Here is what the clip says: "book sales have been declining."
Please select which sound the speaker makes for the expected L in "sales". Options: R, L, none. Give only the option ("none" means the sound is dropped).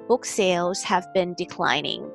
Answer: L